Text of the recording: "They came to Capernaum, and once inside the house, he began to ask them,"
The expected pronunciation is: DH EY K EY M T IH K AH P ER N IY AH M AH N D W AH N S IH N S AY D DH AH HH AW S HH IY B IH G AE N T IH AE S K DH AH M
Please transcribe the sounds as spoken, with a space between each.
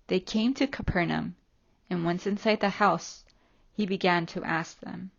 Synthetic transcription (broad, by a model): DH EY K EY M T IH K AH P ER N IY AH M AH N W AH N S IH N S AY D DH AH HH AW S HH IY B IH G AE N T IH AE S K DH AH M